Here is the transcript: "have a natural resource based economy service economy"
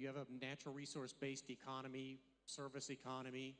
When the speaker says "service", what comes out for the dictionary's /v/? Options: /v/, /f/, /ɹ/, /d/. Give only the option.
/v/